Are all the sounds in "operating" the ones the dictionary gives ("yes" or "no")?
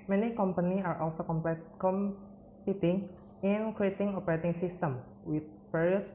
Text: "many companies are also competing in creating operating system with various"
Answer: yes